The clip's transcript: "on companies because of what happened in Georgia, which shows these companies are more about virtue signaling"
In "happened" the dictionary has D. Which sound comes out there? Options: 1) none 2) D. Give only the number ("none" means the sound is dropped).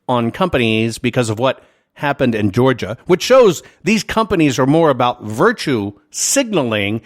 2